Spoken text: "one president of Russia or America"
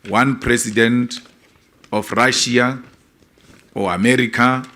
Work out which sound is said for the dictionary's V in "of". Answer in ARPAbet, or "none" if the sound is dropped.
F